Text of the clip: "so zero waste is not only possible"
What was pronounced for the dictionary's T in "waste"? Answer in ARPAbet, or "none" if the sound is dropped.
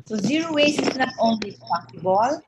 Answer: none